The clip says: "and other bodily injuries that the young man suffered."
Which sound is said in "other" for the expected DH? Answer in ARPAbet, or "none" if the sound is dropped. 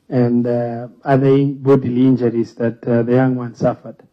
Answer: none